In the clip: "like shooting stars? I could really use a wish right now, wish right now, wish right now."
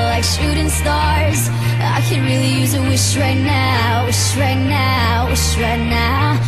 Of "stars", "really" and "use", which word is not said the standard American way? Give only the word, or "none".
none